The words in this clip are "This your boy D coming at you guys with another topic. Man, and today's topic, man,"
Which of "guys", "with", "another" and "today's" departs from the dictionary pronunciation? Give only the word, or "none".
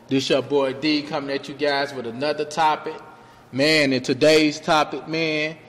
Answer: none